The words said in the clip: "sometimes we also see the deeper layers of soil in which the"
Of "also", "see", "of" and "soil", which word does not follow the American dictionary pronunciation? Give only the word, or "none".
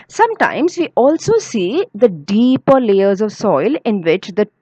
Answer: none